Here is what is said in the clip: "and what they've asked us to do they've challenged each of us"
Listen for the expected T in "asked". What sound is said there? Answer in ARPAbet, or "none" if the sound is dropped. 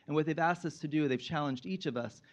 T